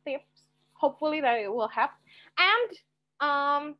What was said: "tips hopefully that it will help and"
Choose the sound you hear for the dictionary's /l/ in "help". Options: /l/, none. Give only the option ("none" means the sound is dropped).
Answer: none